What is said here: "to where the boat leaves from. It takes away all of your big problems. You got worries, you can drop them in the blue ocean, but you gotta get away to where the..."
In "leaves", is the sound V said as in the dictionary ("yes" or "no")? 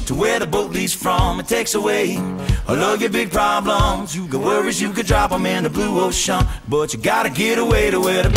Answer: no